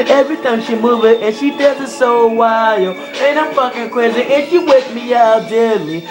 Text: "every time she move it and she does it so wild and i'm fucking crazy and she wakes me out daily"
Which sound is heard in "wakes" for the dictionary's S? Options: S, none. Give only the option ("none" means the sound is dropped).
none